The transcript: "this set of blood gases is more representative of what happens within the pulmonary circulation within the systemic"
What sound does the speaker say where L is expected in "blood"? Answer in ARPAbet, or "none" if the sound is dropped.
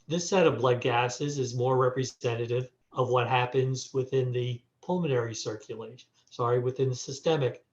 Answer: L